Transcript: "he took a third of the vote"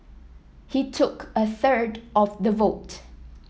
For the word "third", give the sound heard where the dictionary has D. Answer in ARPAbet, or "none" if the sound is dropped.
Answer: D